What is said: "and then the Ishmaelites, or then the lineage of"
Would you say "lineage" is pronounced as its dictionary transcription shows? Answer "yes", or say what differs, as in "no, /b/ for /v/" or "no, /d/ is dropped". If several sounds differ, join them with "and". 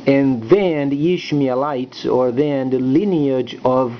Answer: yes